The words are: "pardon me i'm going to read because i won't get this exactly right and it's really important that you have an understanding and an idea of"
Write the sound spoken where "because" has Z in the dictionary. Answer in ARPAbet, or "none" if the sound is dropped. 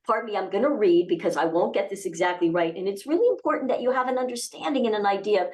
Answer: Z